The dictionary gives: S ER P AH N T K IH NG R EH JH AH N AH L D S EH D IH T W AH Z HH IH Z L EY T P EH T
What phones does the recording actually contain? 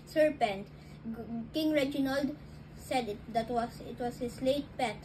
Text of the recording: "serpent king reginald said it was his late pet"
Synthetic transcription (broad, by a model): S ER P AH N T K IH NG R EH JH AH N AH L D S EH D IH T W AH S HH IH S L EY T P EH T